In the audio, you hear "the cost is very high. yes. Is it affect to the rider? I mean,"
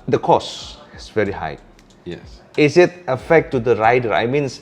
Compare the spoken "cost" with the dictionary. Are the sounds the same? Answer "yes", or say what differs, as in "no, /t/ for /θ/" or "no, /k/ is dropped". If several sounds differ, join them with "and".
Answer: no, /t/ is dropped